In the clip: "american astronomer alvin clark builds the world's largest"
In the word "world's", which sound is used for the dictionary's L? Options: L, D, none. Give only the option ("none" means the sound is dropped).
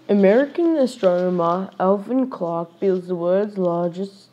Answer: none